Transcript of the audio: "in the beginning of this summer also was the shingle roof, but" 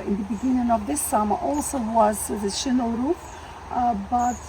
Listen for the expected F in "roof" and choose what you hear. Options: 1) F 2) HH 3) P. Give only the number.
3